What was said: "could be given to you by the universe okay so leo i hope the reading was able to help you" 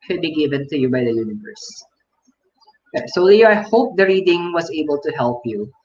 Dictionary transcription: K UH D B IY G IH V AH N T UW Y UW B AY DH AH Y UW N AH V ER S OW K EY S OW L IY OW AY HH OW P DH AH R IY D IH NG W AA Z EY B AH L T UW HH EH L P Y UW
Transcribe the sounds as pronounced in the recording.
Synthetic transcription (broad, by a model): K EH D B IY G IH V AH N T UW Y UW B AY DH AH Y UW N AH V ER S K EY S OW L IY AY HH OW P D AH R IY D IH NG W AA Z EY B AH L T UW HH EH L P Y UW